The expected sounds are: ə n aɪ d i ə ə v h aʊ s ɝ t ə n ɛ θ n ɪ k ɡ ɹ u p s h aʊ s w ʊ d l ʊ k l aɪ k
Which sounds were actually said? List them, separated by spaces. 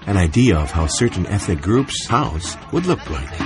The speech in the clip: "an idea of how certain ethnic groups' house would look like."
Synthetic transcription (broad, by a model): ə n aɪ d i ə ə v h aʊ s ɝ t n ɛ θ n ɪ k ɡ ɹ u p s h aʊ s w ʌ d l ʊ k l aɪ k